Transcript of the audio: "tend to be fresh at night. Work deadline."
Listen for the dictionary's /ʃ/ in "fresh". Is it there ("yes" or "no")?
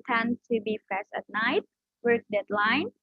no